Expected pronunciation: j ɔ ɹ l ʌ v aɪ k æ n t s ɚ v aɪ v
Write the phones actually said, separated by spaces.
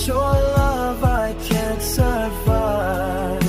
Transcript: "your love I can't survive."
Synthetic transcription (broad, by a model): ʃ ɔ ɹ l ʌ v aɪ k æ n t s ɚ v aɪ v